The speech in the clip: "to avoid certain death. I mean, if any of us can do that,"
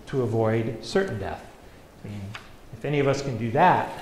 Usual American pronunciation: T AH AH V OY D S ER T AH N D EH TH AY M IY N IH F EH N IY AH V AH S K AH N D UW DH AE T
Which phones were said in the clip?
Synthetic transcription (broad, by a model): T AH AH V OY D S ER T N D EH TH M IY N IH F EH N IY AH V AH S K AH N D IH DH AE T